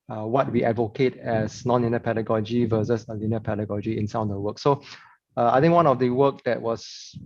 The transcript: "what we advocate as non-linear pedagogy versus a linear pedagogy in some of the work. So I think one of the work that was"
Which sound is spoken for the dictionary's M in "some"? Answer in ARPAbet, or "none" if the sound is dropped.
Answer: none